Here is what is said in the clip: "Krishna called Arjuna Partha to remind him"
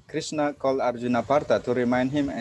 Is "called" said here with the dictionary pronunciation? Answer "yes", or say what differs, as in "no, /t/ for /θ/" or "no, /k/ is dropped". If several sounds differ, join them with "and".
no, /d/ is dropped